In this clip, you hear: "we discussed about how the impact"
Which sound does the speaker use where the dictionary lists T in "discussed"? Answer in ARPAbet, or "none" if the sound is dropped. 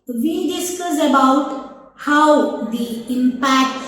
none